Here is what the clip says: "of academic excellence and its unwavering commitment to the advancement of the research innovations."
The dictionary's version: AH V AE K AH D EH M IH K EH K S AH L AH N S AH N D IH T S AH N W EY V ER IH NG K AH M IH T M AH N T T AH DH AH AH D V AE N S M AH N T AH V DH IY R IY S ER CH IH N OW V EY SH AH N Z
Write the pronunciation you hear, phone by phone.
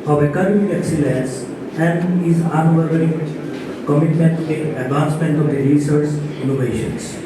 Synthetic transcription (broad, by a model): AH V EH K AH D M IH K EH K S AH L AH N S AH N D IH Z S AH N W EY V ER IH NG K AH M IH T M AH N T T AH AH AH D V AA N S M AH N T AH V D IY R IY S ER S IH N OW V EY SH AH N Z